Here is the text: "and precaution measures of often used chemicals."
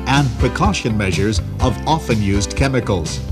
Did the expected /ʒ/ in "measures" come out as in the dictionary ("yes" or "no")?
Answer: yes